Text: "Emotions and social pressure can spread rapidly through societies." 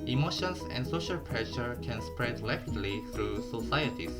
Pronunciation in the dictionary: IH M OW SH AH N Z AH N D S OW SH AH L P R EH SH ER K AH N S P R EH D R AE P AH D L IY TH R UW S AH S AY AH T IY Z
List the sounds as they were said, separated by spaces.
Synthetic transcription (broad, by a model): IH M OW SH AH N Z AH N D S OW SH AH L P R EH SH ER K AH N S P R EH D L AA AH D L IY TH R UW S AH S AY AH T IY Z